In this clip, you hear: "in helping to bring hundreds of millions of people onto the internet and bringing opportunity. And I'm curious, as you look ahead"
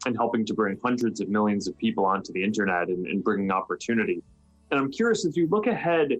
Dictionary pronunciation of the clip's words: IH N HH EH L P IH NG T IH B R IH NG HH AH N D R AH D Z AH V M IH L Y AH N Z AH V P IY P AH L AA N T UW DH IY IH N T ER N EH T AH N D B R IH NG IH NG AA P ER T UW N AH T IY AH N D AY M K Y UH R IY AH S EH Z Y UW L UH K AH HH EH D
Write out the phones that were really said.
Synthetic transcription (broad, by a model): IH N HH EH L P IH NG T IH B R IH NG HH AH N D R AH D Z AH V M IH L Y AH N Z AH V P IY P L AA N T UW DH IY IH N T ER N EH T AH N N B R IH NG IH NG AA P ER T UW N AH T IY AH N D AY M K Y UH R IY AH S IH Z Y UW L UH K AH HH EH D